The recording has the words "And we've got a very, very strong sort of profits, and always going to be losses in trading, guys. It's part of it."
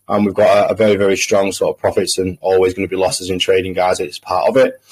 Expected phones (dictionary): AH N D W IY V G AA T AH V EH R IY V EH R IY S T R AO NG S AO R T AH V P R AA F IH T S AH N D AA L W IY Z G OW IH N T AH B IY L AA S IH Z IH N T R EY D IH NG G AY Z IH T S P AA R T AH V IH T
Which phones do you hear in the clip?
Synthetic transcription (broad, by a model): AH N W IY V G AA T AH V EH R IY V EH R IY S T R AO NG S AO T AH V P R AA F IH T S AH N AA L W IY Z G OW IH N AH B IY L AA S IH Z IH N T R EY D IH NG G AY Z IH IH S P AA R T AH V IH T